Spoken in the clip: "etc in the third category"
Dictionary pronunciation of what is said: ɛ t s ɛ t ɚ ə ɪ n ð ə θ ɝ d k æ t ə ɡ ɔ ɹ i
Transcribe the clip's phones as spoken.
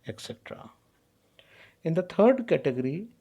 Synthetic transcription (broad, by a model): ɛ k s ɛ t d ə ɪ n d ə t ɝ d k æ t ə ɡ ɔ ɹ i